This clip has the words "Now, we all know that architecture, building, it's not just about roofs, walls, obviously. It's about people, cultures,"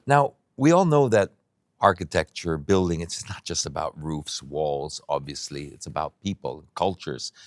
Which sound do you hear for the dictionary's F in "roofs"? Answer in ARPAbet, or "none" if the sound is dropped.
F